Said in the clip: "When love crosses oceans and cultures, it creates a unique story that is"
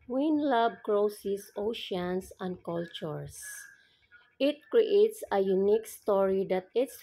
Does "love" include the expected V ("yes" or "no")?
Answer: no